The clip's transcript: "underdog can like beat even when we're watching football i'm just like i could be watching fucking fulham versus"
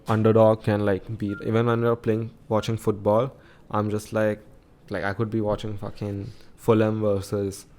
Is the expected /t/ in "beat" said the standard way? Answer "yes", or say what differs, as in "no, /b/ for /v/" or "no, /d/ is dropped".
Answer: no, /t/ is dropped